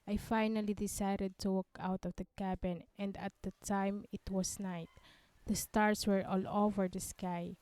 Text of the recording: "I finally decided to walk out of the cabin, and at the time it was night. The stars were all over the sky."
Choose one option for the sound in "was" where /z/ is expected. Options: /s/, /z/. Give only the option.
/s/